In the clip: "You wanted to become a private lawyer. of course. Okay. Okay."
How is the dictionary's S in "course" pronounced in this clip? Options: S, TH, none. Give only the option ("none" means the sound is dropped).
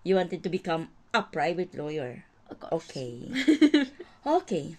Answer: none